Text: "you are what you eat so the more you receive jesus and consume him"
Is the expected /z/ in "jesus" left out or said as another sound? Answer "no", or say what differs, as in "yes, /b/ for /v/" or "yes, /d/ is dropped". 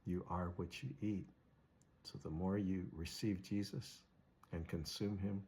no